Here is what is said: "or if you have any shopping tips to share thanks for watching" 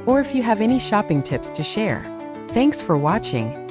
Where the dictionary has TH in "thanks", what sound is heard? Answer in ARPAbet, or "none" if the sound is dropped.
TH